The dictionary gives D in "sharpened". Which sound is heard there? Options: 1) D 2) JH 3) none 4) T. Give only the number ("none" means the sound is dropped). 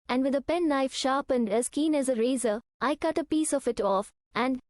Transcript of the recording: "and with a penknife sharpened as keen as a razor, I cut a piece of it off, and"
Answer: 1